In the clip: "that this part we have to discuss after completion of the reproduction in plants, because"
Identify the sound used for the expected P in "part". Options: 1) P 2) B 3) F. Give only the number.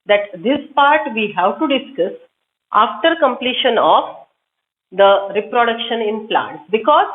1